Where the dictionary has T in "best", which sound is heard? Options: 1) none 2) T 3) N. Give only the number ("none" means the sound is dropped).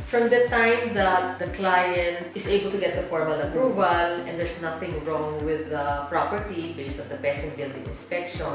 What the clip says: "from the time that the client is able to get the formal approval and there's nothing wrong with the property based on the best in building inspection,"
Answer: 1